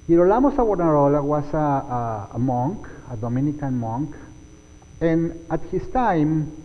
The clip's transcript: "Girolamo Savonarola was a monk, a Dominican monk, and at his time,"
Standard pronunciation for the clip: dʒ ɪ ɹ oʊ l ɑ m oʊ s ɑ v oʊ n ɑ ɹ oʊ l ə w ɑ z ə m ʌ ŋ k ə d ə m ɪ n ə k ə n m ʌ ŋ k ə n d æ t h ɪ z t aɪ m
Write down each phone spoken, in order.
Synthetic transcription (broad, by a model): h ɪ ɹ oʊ l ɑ m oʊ s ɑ w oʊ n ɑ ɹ oʊ l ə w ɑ s ə m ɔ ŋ k ə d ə m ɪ n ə k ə n m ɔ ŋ k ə n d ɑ t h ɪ s t aɪ m